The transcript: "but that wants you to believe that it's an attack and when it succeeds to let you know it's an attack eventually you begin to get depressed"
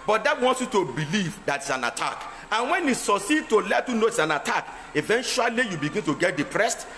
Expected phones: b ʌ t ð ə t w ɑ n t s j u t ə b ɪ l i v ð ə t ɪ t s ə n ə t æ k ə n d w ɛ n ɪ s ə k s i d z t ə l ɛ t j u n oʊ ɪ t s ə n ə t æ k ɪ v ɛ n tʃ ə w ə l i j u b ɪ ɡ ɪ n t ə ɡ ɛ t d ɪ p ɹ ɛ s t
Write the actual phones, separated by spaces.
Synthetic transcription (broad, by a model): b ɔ t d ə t w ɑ n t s j u t ə b ɪ l i v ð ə t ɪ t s ə n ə t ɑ k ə n w ɛ n ɪ s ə s i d t ə l ɛ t j u n oʊ ɪ t s ə n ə t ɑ k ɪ v ɛ n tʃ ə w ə l i j u b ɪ ɡ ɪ n t ə ɡ ɛ t d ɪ p ɹ ɛ s t